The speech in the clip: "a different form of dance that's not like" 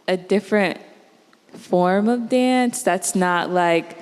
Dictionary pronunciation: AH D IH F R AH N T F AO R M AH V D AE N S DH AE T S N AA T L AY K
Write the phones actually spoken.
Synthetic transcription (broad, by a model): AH D IH F R AH N T F AO R M AH V D AE N S DH AE T S N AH T L AY K